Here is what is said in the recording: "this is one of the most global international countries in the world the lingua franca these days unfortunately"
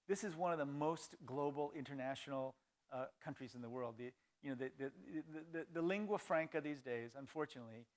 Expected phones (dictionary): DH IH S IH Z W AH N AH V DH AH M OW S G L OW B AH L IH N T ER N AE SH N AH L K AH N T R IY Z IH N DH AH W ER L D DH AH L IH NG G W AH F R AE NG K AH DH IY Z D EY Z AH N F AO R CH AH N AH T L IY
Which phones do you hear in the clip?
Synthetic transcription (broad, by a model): DH IH S IH Z W AH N AH V DH AH M OW S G L OW B L IH N T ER N AE SH N L K AH N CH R IY Z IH N DH AH W ER L D DH AH L IH NG G W AH F R AE NG K AH DH IY Z D EY Z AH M F AO R CH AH N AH T L IY